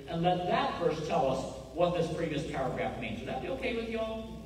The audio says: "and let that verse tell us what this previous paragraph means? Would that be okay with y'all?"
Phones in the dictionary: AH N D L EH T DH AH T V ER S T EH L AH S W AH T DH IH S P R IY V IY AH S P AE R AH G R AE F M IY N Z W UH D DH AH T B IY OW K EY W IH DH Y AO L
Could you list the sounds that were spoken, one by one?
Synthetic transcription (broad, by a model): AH N L EH T DH AH T F ER S T EH L AH S W AH T DH IH S P R IY V IY AH S P AE R AH G R AE F M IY N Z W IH DH AH T B IY OW K EY W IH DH Y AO